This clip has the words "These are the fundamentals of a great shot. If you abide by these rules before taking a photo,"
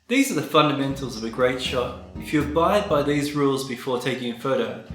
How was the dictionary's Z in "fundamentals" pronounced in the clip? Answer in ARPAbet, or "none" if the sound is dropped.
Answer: Z